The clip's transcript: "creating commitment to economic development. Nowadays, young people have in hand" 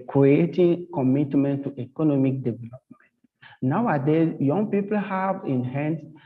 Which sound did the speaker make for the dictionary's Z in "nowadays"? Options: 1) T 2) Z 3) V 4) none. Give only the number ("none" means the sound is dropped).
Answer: 4